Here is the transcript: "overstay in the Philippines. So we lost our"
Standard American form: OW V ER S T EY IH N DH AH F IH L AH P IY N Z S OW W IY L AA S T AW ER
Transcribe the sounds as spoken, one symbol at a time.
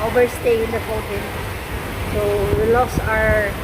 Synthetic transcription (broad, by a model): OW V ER S T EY IH N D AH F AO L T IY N S OW W IY L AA S AW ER